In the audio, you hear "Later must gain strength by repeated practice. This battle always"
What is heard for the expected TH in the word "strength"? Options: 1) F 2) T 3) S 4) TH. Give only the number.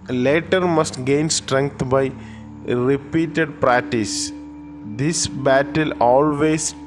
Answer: 2